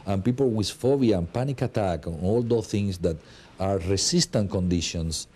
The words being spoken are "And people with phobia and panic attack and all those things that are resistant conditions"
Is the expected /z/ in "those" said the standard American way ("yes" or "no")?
no